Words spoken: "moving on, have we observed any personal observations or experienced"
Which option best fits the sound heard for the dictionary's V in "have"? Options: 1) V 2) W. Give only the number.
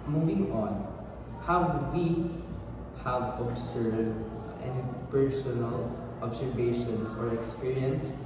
2